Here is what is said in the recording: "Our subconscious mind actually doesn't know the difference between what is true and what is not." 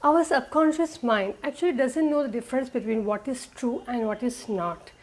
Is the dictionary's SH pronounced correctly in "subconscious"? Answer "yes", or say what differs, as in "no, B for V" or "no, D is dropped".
yes